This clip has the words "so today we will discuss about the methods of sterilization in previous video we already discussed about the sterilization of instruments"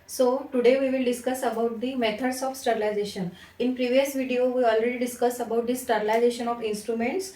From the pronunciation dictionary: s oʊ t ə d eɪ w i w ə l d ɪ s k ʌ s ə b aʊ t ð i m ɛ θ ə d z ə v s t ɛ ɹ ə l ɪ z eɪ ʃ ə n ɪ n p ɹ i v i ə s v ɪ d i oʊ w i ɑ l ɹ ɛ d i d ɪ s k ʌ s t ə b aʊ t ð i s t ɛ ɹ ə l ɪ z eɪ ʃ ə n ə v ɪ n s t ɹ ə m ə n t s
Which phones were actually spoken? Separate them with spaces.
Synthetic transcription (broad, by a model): s oʊ t ə d eɪ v i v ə l d ɪ s k ʌ s ə b aʊ t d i m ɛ t ə d s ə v s t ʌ ɹ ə l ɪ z eɪ ʃ ə n ɪ n p ɹ i v i ə s v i d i oʊ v i ɑ l ɹ ɛ d i d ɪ s k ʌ s ə b aʊ t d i s t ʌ ɹ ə l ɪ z eɪ ʃ ə n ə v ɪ n s t ɹ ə m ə n t s